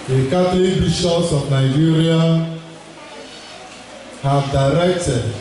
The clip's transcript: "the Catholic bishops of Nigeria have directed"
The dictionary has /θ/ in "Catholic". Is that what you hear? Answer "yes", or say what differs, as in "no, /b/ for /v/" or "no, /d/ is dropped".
no, /t/ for /θ/